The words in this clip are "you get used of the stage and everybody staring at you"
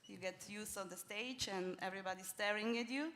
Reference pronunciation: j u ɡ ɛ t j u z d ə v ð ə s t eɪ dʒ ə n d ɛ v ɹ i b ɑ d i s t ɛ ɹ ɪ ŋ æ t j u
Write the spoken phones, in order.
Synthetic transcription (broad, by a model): j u ɡ ɛ t j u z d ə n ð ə s t eɪ dʒ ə n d ɛ v ɹ i b ɑ d i s t ɛ ɹ ɪ ŋ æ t j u